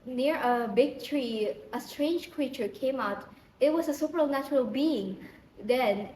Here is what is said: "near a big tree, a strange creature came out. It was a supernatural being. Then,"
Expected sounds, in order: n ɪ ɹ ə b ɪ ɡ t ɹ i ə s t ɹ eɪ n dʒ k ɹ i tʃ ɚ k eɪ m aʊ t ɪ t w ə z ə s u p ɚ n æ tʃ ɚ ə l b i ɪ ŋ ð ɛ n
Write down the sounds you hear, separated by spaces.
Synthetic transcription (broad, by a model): n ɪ ɹ ə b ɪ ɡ t ɹ i ə s t ɹ eɪ n dʒ k ɹ i tʃ ɚ k eɪ m aʊ t ɪ t w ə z ə s u p ɚ n æ tʃ ɚ ə l b i ɪ ŋ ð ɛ n